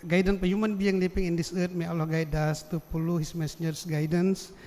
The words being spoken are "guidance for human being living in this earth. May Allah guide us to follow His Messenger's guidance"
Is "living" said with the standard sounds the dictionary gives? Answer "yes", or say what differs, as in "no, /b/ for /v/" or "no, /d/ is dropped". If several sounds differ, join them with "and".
no, /p/ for /v/